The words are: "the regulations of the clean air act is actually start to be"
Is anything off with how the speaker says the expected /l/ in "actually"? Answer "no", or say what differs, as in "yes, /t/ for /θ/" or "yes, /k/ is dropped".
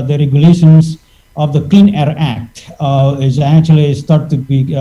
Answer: no